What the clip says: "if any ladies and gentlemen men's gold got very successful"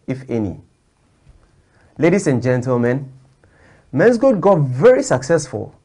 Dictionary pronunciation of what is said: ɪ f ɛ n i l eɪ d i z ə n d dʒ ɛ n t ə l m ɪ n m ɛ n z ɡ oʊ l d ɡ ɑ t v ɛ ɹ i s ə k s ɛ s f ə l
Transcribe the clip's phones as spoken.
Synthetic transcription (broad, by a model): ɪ f ɛ n i l eɪ d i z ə n dʒ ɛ n t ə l m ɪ n m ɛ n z ɡ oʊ d ɡ ɑ t v ɛ ɹ i s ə k s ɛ s f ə l